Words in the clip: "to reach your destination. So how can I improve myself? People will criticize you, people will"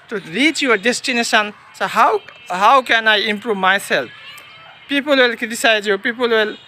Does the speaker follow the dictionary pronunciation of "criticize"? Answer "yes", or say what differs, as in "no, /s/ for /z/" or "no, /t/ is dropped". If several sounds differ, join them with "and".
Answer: no, /ɹ/ is dropped